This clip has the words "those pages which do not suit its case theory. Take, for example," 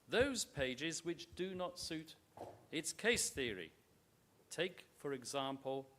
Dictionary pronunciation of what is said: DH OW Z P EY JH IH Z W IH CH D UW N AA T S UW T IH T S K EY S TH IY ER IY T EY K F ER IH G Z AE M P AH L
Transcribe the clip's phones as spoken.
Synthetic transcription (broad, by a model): DH OW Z P EY JH IH Z W IH CH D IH N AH T S UW T IH T S K EY S TH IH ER IY T EY K F ER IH G Z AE M P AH L